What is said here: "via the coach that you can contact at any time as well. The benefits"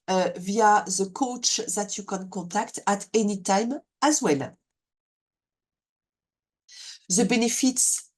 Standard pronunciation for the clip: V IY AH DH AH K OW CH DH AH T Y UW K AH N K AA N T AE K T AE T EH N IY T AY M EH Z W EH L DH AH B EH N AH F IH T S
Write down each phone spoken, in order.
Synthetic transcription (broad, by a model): V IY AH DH AH K OW CH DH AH T Y UW K AH N K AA T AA K T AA T EH N IY T AY M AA Z W EH L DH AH B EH N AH F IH T S